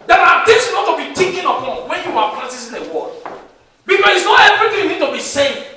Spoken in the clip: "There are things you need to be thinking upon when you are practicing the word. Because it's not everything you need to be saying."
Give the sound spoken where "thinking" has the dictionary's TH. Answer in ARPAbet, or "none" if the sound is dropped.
T